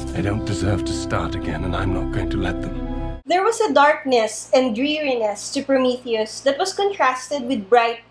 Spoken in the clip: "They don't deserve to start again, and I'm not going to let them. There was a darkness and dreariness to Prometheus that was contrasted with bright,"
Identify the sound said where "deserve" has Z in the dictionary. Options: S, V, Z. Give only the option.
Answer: Z